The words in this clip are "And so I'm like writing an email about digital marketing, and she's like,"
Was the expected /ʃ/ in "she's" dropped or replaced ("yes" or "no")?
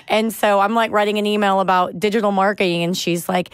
no